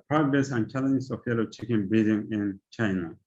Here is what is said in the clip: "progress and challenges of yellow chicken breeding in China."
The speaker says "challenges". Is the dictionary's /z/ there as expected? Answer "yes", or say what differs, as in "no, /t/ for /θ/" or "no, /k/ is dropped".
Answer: no, /s/ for /z/